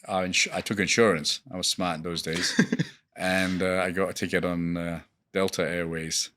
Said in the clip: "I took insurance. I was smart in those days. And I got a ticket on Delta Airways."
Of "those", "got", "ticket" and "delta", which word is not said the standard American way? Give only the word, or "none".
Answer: none